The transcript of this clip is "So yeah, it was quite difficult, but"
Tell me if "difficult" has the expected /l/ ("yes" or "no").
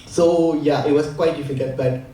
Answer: no